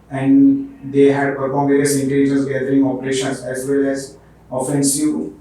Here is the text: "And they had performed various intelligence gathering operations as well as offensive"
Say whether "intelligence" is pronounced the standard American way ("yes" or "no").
no